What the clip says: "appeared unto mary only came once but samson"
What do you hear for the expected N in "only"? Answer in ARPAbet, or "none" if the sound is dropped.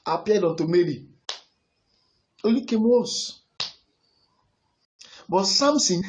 none